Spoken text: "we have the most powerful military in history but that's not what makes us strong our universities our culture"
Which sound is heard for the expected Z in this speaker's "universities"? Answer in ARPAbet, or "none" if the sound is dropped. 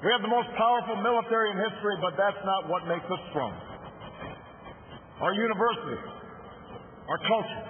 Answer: none